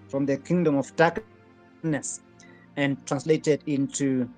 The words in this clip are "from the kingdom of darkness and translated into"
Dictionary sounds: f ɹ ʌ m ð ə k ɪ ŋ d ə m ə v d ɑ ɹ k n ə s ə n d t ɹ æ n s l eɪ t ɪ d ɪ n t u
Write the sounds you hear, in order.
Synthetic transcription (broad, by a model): f ɹ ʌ m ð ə k ɪ ŋ d ə m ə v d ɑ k n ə s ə n t ɹ æ n s l eɪ t ɪ d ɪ n t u